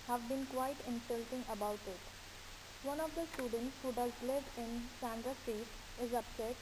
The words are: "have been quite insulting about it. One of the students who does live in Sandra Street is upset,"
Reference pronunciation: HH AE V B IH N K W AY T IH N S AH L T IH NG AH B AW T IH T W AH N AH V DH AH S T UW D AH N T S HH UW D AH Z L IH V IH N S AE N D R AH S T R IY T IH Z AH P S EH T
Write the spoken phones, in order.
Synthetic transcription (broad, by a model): HH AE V B IH N K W AY T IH N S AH L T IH NG AH B AW T IH T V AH N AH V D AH S T UW D AH N T S HH UW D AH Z L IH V IH N S AE N D R AH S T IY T IH Z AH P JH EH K